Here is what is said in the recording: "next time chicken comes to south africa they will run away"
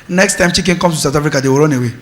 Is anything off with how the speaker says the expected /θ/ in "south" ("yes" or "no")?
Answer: yes